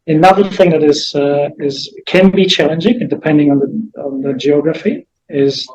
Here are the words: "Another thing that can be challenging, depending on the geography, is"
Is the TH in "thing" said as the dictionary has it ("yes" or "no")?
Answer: yes